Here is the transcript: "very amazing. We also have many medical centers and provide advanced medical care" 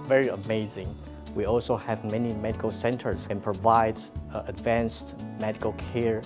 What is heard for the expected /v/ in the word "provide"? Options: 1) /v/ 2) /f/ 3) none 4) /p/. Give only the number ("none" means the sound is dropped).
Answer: 1